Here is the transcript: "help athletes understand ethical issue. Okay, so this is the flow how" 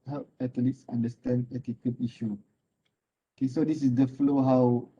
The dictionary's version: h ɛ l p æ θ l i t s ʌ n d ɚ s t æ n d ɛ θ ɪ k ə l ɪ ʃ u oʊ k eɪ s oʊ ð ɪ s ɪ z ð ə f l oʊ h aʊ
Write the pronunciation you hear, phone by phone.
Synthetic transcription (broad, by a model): h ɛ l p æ t l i t s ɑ n d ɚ s t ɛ n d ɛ t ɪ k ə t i ʃ u oʊ k eɪ s oʊ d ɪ s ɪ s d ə f l oʊ h aʊ